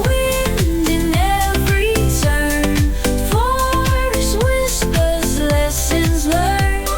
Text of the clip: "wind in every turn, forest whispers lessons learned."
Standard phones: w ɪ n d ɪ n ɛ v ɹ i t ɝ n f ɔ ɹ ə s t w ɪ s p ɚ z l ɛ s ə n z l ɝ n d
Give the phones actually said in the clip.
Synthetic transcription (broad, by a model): w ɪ n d ɪ n ɛ v ɹ i s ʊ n f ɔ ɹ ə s w ɪ s p ɚ z l ɛ s ə n z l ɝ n